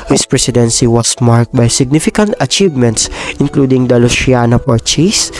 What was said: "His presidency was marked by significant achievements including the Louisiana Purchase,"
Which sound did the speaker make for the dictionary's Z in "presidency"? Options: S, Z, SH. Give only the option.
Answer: S